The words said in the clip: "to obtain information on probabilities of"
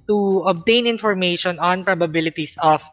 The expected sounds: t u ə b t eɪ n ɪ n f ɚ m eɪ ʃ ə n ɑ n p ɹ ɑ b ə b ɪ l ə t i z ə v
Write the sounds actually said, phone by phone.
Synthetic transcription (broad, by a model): t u ə b t eɪ n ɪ n f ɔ m eɪ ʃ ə n ɑ n p ɹ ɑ b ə b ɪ l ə t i s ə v